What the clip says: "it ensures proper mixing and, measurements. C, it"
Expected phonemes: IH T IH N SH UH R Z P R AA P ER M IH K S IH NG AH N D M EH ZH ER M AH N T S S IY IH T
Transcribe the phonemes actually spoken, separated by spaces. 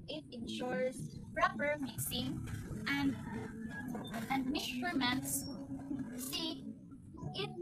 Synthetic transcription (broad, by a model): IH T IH N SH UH R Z P R AA P ER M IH S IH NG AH N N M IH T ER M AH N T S S IY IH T